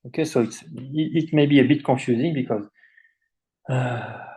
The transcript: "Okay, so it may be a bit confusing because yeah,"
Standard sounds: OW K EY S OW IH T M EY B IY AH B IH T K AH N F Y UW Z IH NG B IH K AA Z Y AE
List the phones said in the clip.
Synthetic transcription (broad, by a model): OW K EY S OW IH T M EY B IY AH B IH T K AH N F Y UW Z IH NG B IH K AA Z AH